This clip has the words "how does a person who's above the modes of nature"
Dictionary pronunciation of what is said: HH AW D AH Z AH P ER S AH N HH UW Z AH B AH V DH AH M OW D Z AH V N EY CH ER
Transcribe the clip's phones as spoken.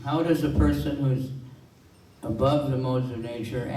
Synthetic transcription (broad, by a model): HH AW D AH Z AH P ER S AH N HH UW Z AH B AH V DH AH M OW D Z AH V N EY CH ER